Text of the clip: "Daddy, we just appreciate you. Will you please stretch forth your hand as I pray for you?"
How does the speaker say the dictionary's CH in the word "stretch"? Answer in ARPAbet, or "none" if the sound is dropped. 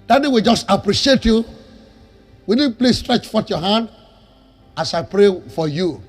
CH